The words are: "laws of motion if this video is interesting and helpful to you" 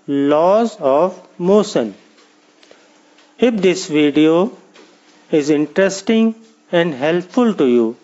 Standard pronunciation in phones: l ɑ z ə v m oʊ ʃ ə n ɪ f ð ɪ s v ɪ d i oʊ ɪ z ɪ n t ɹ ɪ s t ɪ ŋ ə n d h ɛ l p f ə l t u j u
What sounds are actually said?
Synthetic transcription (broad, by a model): l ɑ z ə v m oʊ s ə n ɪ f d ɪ s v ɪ d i oʊ ɪ z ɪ n t ɹ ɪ s t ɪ ŋ ə n d h ɛ l p f ə l t u j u